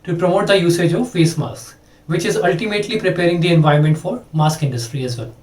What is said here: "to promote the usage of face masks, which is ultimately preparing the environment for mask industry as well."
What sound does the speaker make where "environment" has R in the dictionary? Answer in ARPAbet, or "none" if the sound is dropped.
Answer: none